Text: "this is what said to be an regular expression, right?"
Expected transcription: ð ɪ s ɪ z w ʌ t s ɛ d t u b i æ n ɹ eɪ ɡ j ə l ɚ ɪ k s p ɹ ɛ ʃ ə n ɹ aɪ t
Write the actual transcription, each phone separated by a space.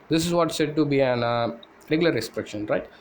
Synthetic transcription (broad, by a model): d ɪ s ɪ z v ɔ t s ɛ d t u b i æ n ɹ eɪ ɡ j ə l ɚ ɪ s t ɹ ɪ ʃ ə n ɹ aɪ t